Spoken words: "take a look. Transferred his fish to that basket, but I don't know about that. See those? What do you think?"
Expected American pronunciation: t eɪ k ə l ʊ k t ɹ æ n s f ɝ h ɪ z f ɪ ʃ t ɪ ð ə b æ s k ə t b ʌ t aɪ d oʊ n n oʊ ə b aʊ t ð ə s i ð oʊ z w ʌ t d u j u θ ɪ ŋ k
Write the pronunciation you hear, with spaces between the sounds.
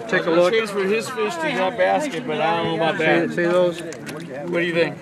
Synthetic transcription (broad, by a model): t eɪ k ə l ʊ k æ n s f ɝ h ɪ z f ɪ s t ɪ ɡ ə b æ s k ə t b ʌ t aɪ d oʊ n n oʊ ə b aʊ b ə s i ð oʊ z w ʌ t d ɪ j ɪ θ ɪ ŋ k